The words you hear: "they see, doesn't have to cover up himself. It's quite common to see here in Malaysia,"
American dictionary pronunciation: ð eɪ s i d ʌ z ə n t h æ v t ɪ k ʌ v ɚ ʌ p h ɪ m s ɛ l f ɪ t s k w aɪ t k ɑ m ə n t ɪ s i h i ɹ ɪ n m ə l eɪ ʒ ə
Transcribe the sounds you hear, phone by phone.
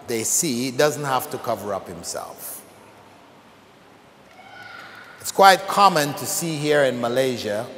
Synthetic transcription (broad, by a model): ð eɪ s i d ʌ z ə n t h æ f t ɪ k ʌ v ɚ ʌ p h ɪ m s ɛ l f ɪ t s k w aɪ t k ɑ m ə n t ɪ s i h i ɹ ɪ n m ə l eɪ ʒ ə